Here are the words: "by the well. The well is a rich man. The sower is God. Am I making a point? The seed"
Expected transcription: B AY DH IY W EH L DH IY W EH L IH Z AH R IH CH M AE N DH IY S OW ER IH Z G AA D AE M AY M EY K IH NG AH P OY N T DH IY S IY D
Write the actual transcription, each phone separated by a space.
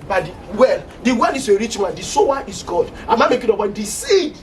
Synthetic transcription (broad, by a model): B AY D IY W EH L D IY W EH L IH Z AH R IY CH M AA N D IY S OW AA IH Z G AA D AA M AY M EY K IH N AH B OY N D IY S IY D